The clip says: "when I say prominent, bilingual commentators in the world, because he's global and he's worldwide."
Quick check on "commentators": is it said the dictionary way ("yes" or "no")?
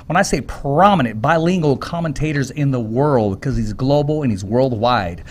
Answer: yes